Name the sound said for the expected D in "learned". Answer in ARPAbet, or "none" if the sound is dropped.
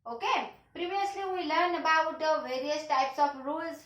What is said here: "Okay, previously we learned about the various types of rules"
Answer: none